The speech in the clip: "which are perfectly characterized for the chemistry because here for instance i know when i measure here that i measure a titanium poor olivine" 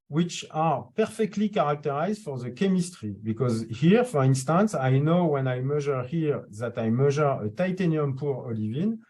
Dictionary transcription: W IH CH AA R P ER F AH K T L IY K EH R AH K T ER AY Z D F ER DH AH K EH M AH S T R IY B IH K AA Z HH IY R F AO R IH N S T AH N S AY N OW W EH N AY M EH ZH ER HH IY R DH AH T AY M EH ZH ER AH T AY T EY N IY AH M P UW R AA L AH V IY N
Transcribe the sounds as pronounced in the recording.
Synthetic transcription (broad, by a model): W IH CH AA R P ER F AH K T L IY K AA R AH K T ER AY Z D F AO DH AH K EH M AH S T R IY B IH K AA Z HH IY R F AO R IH N S T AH N S AY N OW W EH N AY M EH ZH ER HH IY R DH AH T AY M EH ZH ER AH T AY T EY N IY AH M P UW R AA L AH V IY N